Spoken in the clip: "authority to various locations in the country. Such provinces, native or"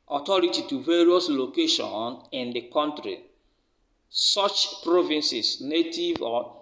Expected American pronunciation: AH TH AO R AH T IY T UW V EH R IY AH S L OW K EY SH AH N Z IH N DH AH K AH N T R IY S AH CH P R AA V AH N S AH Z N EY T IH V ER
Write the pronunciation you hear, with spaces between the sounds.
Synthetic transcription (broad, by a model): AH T AO R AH T IY T UW V EH R IY AH S L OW K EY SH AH N IH N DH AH K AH N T R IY S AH CH P R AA V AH N S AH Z N EY T IH V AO